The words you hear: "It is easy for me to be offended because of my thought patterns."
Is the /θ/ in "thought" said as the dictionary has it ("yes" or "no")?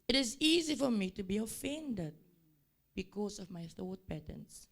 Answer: yes